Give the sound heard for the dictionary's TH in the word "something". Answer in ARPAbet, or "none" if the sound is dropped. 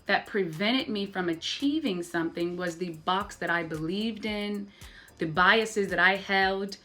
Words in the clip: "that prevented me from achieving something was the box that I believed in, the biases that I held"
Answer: TH